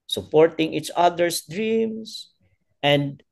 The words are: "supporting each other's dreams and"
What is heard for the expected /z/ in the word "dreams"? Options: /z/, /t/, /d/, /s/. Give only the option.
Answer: /s/